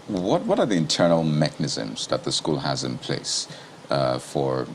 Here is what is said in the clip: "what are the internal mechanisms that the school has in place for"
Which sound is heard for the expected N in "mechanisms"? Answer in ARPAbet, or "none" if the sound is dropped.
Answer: N